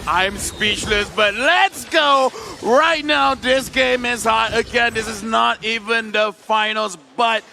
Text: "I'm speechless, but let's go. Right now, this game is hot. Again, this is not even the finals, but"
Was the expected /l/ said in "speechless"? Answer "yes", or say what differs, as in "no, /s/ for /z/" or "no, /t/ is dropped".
yes